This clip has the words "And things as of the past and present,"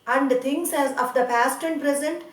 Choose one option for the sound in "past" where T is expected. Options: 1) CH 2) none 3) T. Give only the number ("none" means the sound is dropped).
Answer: 3